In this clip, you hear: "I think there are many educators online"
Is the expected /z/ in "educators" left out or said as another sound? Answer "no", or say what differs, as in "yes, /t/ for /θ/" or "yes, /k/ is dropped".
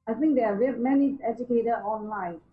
yes, /z/ is dropped